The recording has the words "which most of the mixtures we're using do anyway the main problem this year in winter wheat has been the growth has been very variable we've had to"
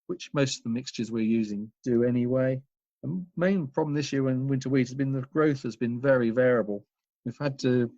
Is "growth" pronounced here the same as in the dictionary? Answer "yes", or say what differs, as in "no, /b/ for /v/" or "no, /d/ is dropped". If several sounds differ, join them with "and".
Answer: yes